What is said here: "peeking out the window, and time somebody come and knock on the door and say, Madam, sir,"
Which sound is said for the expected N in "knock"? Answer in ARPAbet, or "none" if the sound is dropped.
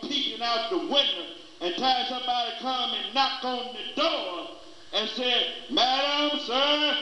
N